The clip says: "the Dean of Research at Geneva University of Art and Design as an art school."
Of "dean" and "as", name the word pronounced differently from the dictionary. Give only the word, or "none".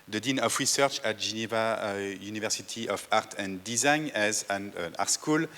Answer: none